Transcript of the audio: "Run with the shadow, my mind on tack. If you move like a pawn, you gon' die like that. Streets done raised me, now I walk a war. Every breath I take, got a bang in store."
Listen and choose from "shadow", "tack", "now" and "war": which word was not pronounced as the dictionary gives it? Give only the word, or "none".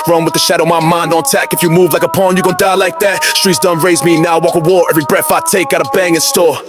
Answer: none